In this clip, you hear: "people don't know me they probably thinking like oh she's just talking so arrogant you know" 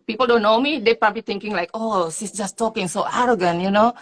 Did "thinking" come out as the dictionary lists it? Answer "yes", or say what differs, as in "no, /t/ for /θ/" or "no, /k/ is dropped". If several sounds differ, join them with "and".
no, /t/ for /θ/